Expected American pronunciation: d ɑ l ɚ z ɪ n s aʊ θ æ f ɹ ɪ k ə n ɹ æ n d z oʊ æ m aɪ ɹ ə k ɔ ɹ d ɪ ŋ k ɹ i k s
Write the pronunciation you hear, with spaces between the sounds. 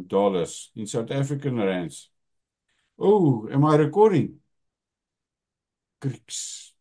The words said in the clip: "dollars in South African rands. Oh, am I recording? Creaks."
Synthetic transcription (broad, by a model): d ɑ l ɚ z ɪ n s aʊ t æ f ɹ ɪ k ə n ɹ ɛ n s oʊ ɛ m aɪ ɹ ə k ɔ ɹ d ɪ ŋ k ɹ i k s